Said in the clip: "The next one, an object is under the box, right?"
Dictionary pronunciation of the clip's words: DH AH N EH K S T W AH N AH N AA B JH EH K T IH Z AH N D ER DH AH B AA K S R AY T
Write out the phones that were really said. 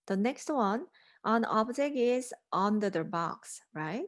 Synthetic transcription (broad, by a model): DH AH N EH K S T W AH N AH N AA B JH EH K IH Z AH N D ER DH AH B AA K S R AY T